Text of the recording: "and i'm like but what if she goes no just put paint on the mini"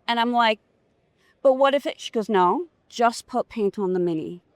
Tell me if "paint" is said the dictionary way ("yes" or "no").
yes